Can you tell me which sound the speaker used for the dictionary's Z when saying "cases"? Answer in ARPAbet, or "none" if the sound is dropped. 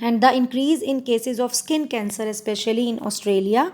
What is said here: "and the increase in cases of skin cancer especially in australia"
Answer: Z